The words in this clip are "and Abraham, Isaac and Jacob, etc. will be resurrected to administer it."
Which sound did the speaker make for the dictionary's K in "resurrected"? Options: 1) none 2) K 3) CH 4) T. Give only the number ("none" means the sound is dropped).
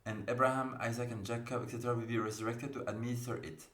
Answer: 2